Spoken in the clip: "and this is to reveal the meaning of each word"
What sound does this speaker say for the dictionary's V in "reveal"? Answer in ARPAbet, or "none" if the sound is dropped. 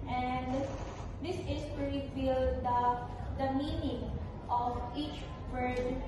B